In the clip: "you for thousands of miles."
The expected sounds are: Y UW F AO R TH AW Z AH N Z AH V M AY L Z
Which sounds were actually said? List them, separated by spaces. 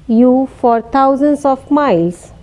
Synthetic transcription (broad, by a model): Y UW F AO R T AW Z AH N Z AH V M AY L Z